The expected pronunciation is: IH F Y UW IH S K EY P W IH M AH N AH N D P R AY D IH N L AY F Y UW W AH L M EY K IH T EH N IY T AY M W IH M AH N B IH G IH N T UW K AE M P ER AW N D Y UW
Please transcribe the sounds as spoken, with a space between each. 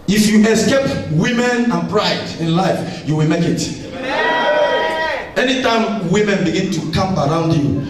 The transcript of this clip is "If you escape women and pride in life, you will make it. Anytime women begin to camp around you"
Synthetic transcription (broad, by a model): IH F Y UW IH S K EY P W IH M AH N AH N P R AY D IH N L AY F Y UW W AH L M EY K IH T EH N IY T AY M W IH M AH N B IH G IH N T UW K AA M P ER AW N D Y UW